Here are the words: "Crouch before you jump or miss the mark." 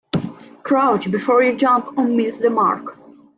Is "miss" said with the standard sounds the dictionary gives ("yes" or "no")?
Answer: no